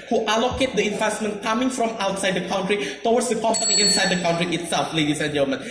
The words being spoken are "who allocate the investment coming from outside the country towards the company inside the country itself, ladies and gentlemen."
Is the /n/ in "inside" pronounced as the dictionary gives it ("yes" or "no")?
yes